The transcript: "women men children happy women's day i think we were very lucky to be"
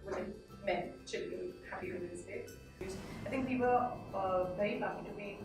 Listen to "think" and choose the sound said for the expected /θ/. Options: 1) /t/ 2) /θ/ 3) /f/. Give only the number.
2